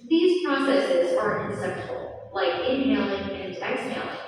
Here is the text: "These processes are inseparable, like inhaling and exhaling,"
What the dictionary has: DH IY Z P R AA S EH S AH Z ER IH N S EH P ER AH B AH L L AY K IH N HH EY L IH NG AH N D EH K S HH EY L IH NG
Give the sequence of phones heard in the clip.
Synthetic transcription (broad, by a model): DH IY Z P R AA S EH S AH Z ER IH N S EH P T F L L AY K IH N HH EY L IH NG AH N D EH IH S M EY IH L